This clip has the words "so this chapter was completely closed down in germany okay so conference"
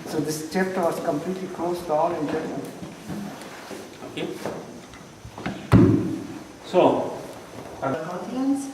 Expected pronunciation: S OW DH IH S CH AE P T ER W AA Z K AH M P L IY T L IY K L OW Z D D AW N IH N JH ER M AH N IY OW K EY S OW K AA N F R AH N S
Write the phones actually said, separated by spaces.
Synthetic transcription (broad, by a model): S OW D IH S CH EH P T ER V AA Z K AH M P L IY T L IY K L OW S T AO L IH N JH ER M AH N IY OW K EY S OW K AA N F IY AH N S